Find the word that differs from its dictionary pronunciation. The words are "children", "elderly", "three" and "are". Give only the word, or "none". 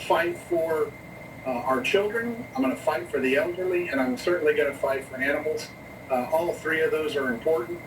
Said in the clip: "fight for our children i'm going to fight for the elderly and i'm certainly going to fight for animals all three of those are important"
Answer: none